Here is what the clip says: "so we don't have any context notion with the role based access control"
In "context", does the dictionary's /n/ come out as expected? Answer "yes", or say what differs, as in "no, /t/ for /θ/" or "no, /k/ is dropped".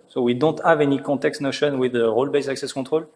no, /n/ is dropped